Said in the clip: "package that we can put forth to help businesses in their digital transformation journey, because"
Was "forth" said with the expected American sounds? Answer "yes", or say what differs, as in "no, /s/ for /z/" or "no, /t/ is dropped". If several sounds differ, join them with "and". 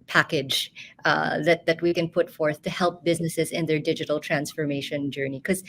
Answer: yes